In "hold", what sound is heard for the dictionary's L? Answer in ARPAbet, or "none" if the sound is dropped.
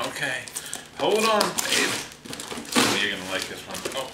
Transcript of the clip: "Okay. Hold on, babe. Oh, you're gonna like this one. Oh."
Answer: L